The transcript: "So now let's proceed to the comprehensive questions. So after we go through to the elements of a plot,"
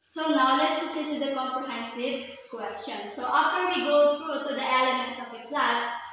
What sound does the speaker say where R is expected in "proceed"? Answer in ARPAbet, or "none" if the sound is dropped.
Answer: none